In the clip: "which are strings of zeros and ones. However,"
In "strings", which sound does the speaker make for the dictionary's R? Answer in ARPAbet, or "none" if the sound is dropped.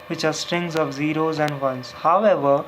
R